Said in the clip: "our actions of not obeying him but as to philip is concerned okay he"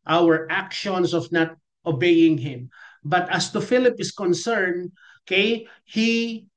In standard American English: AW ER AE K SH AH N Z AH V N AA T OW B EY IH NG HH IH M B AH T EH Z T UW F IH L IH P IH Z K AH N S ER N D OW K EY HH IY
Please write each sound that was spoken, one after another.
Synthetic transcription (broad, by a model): AW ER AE K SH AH N S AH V N AA T OW B EY IH NG HH IH M B AH T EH S T UW F IH L IH P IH S K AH N S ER N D OW K EY HH IY